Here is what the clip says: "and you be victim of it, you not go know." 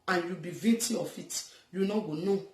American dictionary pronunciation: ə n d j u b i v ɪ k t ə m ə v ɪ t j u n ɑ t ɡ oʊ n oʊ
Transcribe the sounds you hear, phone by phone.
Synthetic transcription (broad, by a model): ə n j u b i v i t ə ə f ɪ t j u n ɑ ɡ oʊ n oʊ